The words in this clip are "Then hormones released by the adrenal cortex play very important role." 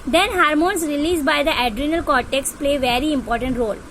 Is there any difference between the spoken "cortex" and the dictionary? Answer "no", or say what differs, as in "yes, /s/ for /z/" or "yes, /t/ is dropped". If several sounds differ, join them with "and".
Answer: no